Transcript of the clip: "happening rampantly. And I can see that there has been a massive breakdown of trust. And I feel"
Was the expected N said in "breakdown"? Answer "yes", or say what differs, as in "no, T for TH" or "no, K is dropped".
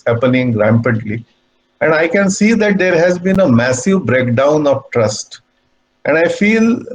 yes